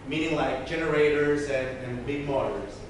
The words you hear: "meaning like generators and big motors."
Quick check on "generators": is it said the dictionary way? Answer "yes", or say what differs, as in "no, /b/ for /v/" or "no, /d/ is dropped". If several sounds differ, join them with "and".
yes